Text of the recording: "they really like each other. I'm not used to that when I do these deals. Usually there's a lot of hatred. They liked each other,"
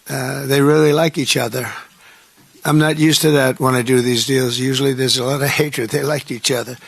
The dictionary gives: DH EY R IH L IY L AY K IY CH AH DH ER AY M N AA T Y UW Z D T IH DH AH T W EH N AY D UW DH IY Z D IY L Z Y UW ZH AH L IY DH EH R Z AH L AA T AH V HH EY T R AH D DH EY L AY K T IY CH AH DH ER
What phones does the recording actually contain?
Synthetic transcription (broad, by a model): DH EY R IH L IY L AY K IY CH AH DH ER AY M N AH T Y UW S T IH DH AH T W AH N AY D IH DH IY Z D IY L Z Y UW ZH L IY DH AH R Z AH L AA T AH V HH EY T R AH D DH EY L AY K T IY CH AH DH ER